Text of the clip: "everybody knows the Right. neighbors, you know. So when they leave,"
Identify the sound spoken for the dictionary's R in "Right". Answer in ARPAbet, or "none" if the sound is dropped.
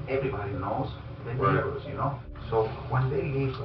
W